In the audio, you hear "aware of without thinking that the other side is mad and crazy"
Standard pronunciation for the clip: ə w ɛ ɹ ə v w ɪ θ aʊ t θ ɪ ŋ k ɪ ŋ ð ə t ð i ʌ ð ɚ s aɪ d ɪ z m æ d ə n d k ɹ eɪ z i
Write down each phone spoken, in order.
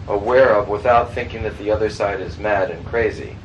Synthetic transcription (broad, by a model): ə w ɛ ɹ ə v w ɪ θ aʊ t θ ɪ ŋ k ɪ ŋ ð ə t ð i ʌ ð ɚ s aɪ d ɪ z m æ d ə n k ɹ eɪ z i